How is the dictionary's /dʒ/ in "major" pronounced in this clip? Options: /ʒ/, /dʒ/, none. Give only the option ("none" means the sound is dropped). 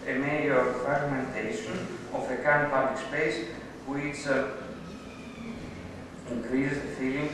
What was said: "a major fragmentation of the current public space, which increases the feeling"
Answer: none